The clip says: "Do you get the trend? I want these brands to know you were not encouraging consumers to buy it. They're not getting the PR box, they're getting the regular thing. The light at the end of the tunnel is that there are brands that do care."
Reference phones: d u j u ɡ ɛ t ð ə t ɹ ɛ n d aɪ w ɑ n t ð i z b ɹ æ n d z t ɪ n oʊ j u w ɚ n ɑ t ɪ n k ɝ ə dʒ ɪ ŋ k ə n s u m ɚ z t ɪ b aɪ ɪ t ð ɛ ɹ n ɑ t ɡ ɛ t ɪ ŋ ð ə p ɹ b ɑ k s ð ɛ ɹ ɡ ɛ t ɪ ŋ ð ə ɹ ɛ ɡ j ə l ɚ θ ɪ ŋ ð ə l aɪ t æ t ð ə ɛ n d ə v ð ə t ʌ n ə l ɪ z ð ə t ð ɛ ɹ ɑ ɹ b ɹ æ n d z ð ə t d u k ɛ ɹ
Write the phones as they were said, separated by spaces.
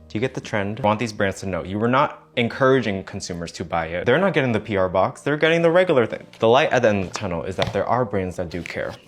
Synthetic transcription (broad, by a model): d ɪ j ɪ ɡ ɛ t ð ə t ɹ ɛ n d w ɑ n ð i z b ɹ æ n d z t ɪ n oʊ j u w ɚ n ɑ t ɪ n k ɝ ə dʒ ɪ ŋ k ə n s u m ɚ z t ɪ b aɪ ɪ t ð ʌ ɹ n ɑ t ɡ ɛ t ɪ ŋ ð ə p ɹ b ɑ k s ð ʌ ɹ ɡ ɛ t ɪ ŋ ð ə ɹ ɛ ɡ j l ɚ θ ɪ ŋ ð ə l aɪ t t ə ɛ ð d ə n ð ə t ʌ n l ɪ z ð ə t ð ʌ ɹ ɑ ɹ b ɹ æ n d z ð ə t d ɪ k ɛ ɹ